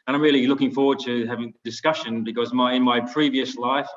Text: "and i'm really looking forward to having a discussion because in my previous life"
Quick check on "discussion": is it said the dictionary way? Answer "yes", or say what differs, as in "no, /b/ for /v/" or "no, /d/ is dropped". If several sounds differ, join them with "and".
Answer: yes